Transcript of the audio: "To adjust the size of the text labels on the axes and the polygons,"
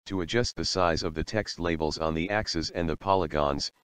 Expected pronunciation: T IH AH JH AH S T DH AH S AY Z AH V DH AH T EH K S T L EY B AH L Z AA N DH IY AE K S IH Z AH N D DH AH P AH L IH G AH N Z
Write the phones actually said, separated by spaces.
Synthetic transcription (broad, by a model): T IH AH JH AH S T DH AH S AY Z AH V DH AH T EH K S T L EY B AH L Z N DH IY AE K S IH Z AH N DH AH P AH L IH G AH N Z